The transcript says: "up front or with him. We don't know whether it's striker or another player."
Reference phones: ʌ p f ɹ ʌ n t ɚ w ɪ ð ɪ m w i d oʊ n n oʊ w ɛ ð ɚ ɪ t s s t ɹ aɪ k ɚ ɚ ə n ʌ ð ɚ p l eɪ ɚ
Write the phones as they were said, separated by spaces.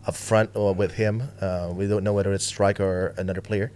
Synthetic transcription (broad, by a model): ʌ f ɹ ʌ n t w ɪ ð ɪ m w i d oʊ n n oʊ w ɛ ð ɚ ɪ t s s t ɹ aɪ k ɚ ɚ ə n ʌ ð ɚ p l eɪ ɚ